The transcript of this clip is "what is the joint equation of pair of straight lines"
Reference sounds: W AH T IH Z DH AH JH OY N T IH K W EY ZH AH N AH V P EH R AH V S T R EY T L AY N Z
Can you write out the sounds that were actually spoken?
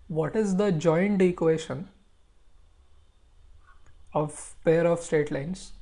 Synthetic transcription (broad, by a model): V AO T IH Z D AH JH OY N T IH K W EY SH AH N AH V P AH R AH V S T EY T L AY N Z